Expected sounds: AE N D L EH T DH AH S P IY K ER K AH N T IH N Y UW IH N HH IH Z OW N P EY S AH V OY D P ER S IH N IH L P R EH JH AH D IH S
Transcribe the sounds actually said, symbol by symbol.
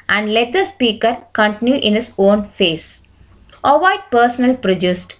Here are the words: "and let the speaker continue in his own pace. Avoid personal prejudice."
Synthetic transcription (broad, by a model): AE N D L EH T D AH S P IY K ER K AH N T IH N Y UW IH N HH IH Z OW N F EY S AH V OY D P ER S IH N IH L P R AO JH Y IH S